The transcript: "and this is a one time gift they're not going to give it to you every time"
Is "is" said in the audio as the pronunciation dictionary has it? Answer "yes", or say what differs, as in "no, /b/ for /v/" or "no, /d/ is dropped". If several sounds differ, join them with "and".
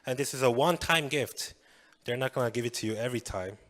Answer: yes